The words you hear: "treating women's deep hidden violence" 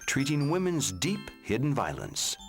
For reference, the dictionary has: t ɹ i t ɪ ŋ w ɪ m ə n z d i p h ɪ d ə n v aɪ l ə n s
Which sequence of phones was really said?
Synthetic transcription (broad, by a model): t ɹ i t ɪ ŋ w ɪ m ə n z d i p h ɪ d n v aɪ l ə n s